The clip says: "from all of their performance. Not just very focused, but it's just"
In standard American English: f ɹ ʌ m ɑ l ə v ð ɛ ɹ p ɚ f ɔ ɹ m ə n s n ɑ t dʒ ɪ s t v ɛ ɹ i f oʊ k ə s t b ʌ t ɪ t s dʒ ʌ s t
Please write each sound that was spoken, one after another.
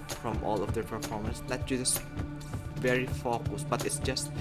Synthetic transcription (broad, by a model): f ɹ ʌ m ɑ l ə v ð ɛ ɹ p ɚ f ɔ ɹ m ə n s l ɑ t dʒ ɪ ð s v ɛ ɹ i f oʊ k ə s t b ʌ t ɪ t s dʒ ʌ s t